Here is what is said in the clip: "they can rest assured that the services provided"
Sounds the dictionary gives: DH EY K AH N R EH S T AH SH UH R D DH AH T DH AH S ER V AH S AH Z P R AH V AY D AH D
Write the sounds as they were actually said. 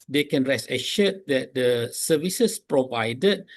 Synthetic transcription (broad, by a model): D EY K AH N R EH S AH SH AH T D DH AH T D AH S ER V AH S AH S P R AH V AY D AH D